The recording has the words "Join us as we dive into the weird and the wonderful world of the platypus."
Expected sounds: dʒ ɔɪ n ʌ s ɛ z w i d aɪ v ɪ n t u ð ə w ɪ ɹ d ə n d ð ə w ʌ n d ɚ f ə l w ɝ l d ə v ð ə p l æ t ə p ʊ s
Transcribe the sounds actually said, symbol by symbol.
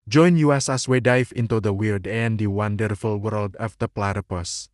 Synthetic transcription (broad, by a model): dʒ ɔɪ n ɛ s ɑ s w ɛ d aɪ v ɪ n t u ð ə w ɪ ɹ d ə n d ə w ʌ n d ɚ f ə l w ɝ l d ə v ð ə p l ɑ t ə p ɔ s